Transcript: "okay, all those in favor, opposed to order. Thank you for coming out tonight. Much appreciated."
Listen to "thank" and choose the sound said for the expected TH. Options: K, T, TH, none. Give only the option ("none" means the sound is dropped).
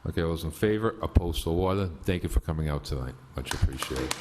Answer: TH